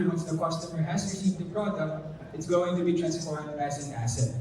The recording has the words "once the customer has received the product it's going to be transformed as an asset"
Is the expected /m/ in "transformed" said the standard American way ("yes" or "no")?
no